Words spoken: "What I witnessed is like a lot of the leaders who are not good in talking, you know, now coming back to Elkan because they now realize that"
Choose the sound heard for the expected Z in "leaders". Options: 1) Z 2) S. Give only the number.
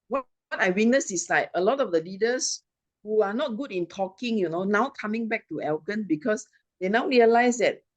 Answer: 2